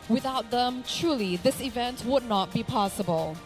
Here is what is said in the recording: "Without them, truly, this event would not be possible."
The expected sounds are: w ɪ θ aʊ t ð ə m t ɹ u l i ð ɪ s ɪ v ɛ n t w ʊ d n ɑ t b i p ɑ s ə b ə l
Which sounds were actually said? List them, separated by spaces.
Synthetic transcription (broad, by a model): w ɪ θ aʊ t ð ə m t ɹ u l i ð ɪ s ɪ v ɛ n t w ʊ d n ɑ t b i p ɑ s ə b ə l